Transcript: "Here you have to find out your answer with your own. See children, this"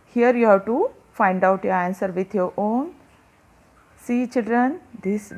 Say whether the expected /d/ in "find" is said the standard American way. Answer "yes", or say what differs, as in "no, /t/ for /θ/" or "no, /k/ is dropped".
yes